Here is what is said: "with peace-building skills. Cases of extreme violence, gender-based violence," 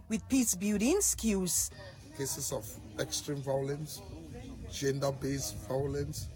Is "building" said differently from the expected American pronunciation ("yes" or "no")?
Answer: yes